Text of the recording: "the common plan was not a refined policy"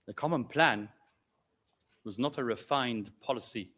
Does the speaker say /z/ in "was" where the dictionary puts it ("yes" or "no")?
yes